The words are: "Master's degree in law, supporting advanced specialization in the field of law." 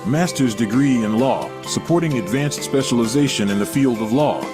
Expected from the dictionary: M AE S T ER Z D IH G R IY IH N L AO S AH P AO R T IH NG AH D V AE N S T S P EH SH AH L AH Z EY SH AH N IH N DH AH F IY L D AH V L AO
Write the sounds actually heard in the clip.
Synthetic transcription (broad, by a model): M AE S T ER Z D IH G R IY IH N L AO S AH P AO R T IH NG AH D V AE N S T S P EH SH AH L AH Z EY SH AH N IH N DH AH F IY L D AH V L AO